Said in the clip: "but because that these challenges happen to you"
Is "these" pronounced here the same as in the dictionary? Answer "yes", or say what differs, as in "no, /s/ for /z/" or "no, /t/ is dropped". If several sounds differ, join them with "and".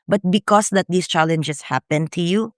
no, /s/ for /z/